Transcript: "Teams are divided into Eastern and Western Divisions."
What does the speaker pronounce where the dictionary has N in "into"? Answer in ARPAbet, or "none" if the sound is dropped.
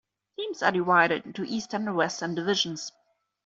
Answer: none